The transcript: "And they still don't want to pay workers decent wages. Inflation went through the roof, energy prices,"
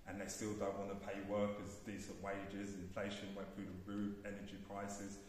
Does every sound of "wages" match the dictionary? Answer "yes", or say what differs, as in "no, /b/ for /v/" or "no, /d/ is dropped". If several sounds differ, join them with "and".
yes